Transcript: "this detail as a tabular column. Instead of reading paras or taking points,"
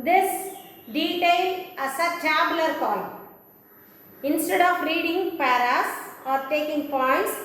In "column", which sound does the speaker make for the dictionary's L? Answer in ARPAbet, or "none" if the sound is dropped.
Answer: none